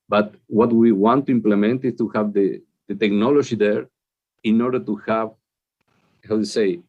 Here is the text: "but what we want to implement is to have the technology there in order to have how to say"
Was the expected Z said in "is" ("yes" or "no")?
no